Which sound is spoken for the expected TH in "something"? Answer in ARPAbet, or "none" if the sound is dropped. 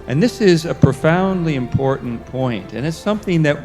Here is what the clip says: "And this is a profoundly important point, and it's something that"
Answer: TH